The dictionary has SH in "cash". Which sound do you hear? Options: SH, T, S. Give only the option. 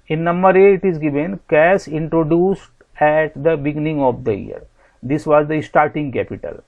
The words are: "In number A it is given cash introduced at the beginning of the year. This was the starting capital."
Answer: S